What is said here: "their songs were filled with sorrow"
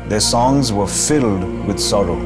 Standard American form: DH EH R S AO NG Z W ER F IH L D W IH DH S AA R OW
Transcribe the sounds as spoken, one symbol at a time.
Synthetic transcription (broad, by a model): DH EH R S AO NG Z W ER F IH L D W IH DH S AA R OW